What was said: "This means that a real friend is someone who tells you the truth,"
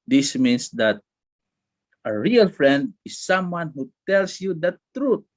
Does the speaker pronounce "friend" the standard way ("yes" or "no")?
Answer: yes